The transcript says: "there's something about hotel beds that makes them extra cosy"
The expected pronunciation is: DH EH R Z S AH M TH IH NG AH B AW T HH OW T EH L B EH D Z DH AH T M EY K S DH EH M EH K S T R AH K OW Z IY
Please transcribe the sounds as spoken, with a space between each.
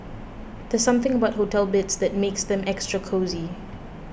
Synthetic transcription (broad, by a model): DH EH S AH M TH IH NG AH B AW T HH OW T EH L B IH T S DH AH T M EY K S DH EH M EH K S T R AH K OW Z IY